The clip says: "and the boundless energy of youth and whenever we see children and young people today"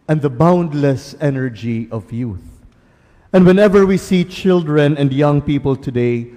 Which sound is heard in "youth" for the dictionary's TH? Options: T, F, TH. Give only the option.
TH